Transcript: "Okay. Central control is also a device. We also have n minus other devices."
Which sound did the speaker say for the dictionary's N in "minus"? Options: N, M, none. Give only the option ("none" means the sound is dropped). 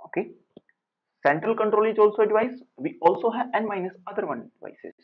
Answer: N